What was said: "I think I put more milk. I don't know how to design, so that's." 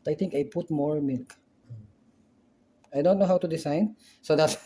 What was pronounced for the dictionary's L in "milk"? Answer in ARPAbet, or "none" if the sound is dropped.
L